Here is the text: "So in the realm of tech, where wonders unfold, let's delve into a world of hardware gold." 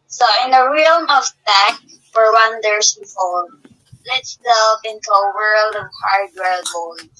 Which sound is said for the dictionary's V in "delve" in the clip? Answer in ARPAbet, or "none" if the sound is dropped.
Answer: F